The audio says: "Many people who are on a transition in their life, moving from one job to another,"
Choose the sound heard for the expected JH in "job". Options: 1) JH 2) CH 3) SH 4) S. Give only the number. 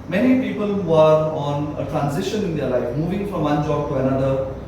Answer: 1